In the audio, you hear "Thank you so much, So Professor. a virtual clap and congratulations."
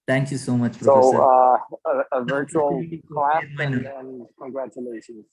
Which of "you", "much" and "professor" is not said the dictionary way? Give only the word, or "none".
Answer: professor